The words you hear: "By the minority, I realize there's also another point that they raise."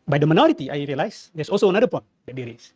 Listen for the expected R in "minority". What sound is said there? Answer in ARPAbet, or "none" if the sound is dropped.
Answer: R